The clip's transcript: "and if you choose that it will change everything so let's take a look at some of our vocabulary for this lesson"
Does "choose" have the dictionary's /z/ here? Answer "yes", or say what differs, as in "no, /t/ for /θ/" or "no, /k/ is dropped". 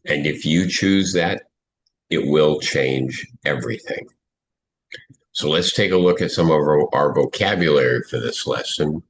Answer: yes